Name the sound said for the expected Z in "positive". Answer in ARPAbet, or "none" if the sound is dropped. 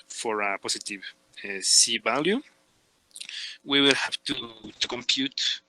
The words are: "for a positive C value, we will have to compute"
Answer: S